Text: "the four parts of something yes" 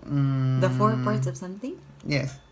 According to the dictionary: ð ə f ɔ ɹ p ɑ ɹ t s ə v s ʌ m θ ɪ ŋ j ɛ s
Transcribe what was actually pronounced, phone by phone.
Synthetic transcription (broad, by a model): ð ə f ɔ ɹ p ɑ ɹ t s ə v s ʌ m t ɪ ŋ j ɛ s